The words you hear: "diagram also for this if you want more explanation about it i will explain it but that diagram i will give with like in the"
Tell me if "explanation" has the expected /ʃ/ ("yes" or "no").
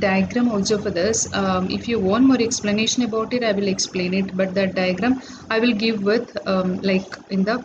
yes